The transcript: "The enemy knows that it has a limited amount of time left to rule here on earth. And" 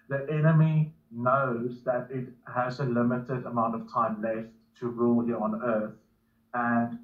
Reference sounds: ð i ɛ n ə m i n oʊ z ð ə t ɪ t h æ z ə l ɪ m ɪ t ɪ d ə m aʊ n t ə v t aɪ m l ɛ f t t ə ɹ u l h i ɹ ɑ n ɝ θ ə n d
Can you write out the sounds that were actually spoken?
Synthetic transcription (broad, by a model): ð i ɛ n ə m i n oʊ z ð ə t ɪ t h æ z ə l ɪ m ɪ t ɪ d ə m aʊ n t ə v t aɪ m l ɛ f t t ə ɹ u l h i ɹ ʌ n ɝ θ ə n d